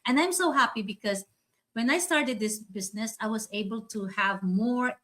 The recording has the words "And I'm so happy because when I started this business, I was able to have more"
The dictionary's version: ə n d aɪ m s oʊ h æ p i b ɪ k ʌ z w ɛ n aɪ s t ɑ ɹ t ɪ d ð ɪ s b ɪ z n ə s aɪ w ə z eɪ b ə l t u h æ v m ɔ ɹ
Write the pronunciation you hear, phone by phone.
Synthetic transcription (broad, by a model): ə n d aɪ m s oʊ h æ p i b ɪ k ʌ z w ɛ n aɪ s t ɑ ɹ t ɪ d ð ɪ s b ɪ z n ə s aɪ w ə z eɪ b ə l t u h æ v m ɔ ɹ